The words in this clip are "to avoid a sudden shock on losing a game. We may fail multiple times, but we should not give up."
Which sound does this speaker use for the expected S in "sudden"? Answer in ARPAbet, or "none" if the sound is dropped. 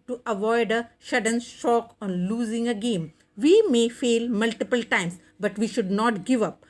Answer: SH